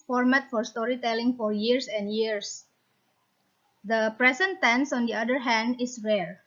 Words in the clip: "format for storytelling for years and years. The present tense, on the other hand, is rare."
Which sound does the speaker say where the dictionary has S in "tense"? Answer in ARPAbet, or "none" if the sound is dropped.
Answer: S